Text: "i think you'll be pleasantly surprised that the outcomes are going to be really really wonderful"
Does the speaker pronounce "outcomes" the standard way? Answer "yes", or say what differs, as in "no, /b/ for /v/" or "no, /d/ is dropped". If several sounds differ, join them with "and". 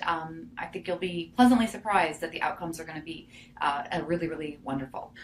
yes